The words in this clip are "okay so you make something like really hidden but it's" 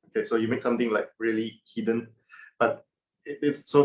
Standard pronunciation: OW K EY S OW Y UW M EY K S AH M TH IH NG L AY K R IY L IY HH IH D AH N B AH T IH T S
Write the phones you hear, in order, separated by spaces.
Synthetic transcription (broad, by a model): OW K EY S OW Y UW M EY K S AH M T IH NG L AY K R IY L IY HH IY D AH N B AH T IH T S